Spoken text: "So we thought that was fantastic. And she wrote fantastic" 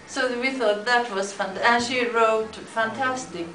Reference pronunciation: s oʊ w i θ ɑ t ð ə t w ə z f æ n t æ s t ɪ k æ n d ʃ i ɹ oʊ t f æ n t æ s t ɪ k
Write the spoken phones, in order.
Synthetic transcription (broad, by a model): s oʊ w i θ ɑ t ð ə t w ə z f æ n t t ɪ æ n ʃ i ɹ oʊ t f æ n t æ s t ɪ k